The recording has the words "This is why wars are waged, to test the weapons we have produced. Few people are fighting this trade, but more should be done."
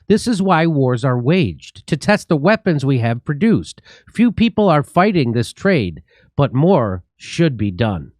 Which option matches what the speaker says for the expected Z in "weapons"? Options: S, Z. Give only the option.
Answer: Z